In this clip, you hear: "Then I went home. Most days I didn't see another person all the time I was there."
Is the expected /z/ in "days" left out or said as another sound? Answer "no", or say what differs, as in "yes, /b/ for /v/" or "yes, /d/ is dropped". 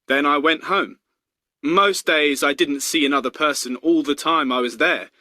no